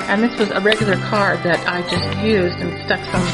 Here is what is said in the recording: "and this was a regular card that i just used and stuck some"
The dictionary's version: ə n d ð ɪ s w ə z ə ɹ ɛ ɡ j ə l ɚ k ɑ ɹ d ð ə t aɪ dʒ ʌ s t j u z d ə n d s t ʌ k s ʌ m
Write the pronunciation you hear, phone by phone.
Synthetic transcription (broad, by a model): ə n ð ɪ s w ə z ə ɹ ɛ ɡ j l ɚ k ɑ ɹ d ð ə t aɪ dʒ ʌ s t j u z d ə n s t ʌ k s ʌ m